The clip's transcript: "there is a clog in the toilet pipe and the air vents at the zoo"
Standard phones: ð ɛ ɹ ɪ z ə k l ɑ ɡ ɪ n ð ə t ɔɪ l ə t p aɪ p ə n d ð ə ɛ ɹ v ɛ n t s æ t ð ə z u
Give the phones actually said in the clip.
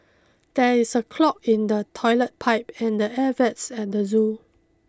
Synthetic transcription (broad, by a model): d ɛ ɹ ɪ s ə k l ɑ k ɪ n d ə t ɔɪ l ə t p aɪ p ə n d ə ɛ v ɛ t s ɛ t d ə z u